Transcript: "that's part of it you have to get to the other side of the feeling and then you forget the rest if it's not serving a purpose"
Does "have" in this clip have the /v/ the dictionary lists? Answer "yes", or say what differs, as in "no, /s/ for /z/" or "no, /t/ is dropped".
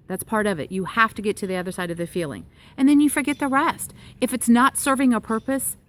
no, /f/ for /v/